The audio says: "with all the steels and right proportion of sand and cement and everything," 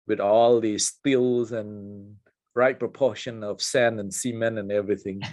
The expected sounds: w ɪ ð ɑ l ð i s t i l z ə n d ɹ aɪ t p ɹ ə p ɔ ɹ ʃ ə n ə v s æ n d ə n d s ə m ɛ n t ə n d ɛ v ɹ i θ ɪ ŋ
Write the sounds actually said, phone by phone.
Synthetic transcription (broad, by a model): w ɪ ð ɑ l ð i s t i l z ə n ɹ aɪ t p ɹ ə p ɔ ʃ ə n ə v s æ n ə n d s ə m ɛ n ə n ɛ v ɹ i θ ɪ ŋ